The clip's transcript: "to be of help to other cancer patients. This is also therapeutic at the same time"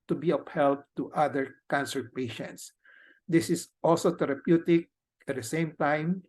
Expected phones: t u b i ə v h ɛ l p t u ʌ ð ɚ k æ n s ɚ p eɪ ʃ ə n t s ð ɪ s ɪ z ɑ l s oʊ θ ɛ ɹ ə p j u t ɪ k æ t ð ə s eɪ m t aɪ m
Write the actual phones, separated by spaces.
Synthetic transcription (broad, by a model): t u b i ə p h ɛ l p t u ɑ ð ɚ k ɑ n s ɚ p eɪ ʃ ə n t s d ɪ s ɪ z ɑ l s oʊ t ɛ ɹ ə p j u t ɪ k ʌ t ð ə s eɪ m t aɪ m